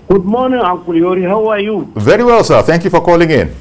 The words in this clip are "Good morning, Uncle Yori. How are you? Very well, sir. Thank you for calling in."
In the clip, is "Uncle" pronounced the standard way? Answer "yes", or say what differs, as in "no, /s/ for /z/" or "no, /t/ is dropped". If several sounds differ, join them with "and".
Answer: no, /ŋ/ is dropped